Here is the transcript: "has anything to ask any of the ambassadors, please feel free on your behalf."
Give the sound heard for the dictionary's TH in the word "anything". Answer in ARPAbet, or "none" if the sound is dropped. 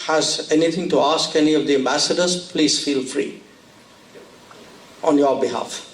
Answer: T